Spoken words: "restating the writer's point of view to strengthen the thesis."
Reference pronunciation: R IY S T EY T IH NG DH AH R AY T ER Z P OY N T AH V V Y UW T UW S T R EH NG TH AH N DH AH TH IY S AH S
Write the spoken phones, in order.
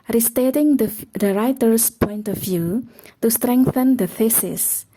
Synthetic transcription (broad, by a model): R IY S T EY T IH NG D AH R AY T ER S P OY N T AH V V Y UW T UW S T R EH NG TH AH N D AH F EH S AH S